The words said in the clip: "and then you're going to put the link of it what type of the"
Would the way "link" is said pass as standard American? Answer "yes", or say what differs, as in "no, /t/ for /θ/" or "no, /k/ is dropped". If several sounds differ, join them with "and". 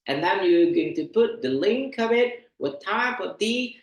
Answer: yes